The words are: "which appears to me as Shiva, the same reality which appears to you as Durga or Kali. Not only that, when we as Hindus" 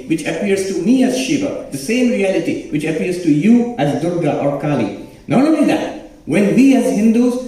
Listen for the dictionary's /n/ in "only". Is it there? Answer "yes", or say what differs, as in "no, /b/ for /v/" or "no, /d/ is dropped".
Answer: no, /n/ is dropped